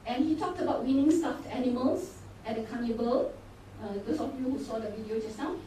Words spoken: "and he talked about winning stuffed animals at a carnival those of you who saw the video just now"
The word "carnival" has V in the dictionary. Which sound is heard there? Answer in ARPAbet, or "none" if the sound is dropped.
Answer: B